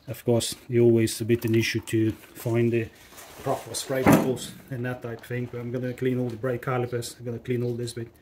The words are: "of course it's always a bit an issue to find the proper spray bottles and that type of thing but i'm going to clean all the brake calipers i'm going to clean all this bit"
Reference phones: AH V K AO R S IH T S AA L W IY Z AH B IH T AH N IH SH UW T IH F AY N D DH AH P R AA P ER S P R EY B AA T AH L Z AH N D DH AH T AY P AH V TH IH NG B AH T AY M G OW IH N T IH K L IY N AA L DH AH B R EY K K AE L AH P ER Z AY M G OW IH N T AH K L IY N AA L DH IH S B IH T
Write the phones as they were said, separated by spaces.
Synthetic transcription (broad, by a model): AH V K AO R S S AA L W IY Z AH B IH T AH N IH SH UW T IH F AY N DH AH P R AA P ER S F R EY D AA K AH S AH N DH AH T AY AH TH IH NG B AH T AY M G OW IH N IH K L IY N AA L DH AH B R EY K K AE L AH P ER S AY M G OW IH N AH K L IY N AA L DH IH S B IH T